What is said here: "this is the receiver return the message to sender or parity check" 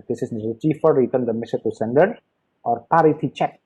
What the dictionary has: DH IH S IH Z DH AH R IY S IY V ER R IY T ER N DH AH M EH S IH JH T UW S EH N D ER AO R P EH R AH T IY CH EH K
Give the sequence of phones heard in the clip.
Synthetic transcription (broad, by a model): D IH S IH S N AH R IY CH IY F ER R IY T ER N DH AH M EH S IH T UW S EH N D ER AO R P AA R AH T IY CH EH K